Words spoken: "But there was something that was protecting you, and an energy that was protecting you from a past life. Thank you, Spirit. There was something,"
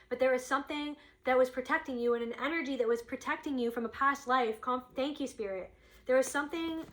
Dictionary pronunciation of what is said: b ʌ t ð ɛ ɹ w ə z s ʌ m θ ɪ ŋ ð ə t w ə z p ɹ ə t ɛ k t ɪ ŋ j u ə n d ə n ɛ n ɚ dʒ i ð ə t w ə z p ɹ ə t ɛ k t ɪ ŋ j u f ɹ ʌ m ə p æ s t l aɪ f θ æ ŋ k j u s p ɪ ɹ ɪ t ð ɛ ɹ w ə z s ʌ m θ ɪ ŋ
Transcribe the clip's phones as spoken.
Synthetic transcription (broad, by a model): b ʌ t ð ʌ ɹ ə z s ʌ m θ ɪ ŋ ð ə t w ə z p ɹ ə t ɛ k t ɪ ŋ j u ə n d ə n ɛ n ɚ dʒ i ð ə t w ə z p ɹ ə t ɛ k t ɪ ŋ j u f ɹ ʌ m ə p æ s t l aɪ f θ æ ŋ k j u s p ɪ ɹ ɪ t ð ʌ ɹ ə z s ʌ m θ ɪ ŋ